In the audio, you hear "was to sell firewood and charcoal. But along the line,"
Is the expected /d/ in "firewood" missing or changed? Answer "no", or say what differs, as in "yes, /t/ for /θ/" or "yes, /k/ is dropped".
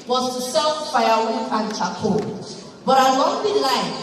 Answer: yes, /d/ is dropped